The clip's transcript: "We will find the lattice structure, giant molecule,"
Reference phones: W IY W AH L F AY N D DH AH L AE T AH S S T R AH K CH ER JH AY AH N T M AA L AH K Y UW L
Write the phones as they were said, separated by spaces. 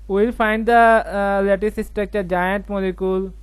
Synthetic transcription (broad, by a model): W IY L F AY N D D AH L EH T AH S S T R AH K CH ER JH AY AH N T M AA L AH K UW L